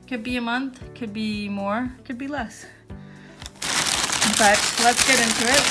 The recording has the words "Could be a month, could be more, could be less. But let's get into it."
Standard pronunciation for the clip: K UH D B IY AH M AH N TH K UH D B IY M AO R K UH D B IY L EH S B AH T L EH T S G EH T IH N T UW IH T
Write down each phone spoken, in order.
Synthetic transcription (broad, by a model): K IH D B IY AH M AH N TH K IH D B IY M AO R K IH D B IY L EH S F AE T L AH T S G EH T IH N T UW IH T